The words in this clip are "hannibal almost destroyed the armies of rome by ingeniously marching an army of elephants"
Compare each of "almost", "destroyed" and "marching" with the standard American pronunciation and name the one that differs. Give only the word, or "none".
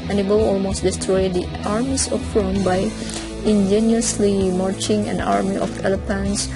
none